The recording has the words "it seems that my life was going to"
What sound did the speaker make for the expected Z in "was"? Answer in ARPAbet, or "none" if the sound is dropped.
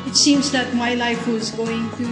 Z